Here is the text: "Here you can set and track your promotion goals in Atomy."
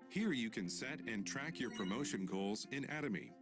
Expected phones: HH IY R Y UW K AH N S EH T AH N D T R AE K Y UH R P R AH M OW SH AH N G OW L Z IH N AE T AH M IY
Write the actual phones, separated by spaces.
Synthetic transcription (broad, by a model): HH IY R Y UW K AH N S EH T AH N T R AE K Y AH R P R AH M OW SH AH N G OW L Z IH N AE T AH M IY